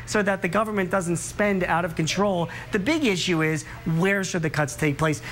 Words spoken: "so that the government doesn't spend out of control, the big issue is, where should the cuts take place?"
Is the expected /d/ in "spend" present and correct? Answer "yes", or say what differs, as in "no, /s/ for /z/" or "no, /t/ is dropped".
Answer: yes